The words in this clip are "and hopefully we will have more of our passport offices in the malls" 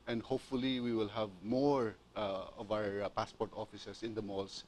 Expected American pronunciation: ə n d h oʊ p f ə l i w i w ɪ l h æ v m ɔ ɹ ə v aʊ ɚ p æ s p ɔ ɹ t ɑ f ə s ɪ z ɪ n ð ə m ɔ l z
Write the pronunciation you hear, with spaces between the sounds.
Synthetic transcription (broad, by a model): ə n d h oʊ p f ə l i w i w ɪ l h æ v m ɔ ɹ ə v aʊ ɚ p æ s p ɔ ɹ t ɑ f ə s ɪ s ɪ n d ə m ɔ l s